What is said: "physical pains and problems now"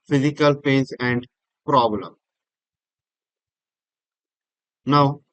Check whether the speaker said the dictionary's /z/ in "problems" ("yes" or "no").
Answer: no